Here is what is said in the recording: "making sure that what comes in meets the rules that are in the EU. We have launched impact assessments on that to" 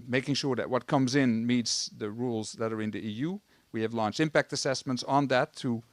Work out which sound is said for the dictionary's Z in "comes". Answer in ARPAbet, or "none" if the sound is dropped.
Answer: Z